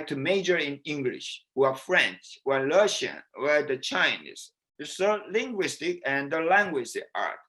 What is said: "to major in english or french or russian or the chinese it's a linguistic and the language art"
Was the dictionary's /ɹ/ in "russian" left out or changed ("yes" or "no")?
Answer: yes